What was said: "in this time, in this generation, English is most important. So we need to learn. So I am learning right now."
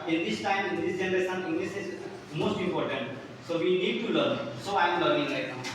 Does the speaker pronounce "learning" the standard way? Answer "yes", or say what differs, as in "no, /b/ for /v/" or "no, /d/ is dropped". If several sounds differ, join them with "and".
no, /n/ is dropped